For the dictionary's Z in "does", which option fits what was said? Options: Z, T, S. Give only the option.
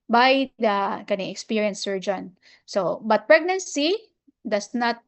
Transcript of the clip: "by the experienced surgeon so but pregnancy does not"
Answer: S